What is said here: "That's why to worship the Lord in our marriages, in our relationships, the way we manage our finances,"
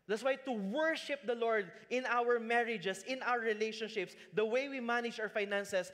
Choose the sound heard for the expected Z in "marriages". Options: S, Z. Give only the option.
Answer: S